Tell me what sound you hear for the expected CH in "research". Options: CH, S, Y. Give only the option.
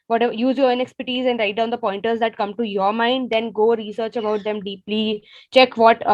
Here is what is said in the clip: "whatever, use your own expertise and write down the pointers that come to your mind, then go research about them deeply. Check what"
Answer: CH